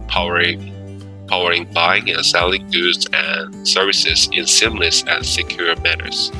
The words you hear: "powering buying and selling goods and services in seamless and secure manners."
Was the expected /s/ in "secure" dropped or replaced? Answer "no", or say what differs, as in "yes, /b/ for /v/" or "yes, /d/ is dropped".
no